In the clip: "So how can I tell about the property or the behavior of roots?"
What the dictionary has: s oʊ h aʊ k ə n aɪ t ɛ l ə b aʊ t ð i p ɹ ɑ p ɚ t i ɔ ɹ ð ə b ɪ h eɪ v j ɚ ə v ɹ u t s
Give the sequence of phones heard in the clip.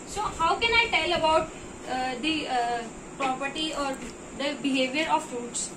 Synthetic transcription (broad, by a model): s oʊ h aʊ k ə n aɪ t ɛ l ə b aʊ t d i p ɹ ɑ p ɚ t i ɔ ɹ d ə b ɪ h eɪ v j ɚ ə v ɹ u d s